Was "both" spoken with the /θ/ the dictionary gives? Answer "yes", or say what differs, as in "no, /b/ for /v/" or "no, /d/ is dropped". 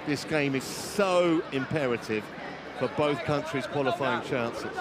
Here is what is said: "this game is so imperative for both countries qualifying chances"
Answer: yes